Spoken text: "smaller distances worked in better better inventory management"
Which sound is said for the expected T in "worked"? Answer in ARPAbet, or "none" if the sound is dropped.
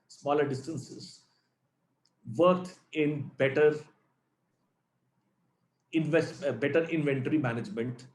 none